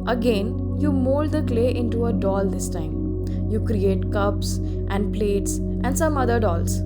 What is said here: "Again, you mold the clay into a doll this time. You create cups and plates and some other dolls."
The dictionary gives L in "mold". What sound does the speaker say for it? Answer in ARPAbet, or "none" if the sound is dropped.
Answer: L